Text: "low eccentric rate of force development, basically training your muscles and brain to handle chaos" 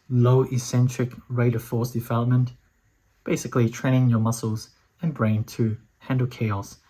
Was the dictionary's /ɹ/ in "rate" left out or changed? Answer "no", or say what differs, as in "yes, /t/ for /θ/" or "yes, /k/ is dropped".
no